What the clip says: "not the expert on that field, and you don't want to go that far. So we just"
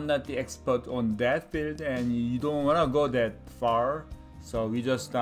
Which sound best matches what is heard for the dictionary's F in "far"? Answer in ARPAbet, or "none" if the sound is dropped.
F